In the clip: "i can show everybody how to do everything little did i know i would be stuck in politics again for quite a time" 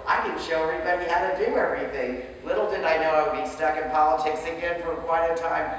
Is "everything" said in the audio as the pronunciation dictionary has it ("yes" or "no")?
yes